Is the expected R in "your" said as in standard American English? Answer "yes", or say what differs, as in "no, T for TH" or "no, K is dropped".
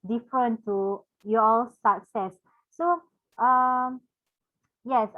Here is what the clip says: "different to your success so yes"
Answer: no, L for R